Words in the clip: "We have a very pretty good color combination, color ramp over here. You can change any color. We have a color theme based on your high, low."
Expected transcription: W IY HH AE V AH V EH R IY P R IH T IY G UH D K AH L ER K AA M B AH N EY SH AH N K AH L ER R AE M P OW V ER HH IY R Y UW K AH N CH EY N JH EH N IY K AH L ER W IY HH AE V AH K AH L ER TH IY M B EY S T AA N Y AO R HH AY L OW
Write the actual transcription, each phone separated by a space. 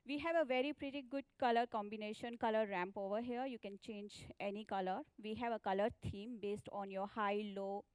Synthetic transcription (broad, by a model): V IY HH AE V AH V EH R IY P R IH T IY G UH D K AH L ER K AA M B AH N EY SH AH N K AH L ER R AE M P OW V ER HH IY R Y UW K AH N CH EY N JH EH N IY K AH L ER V IY HH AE V AH K AH L ER T IY M B EY S T AA N Y AO R HH AY L OW